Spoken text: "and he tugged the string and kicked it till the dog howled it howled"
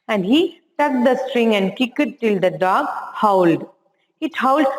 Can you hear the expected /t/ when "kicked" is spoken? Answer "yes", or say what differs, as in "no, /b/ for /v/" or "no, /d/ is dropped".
no, /t/ is dropped